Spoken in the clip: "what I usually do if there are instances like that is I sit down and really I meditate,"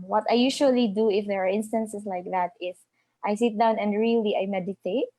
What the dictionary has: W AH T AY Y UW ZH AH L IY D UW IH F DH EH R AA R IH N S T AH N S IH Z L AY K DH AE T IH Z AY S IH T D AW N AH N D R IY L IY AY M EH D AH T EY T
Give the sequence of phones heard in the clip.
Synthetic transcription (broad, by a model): W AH T AY Y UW SH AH L IY D UW IH F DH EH R AA R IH N S T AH N S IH S L AY K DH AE T IH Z AY S IH T D AW N AH N D R IY L IY AY M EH D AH T EY T